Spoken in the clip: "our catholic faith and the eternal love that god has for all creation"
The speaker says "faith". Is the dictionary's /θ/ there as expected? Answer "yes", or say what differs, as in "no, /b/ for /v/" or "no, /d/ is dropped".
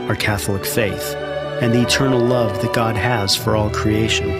yes